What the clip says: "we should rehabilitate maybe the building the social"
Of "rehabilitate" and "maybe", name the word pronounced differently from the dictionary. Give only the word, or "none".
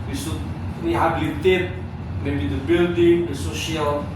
rehabilitate